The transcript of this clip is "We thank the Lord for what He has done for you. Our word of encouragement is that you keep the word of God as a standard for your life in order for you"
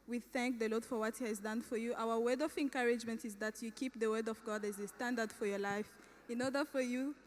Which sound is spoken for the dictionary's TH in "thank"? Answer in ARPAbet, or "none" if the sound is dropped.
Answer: TH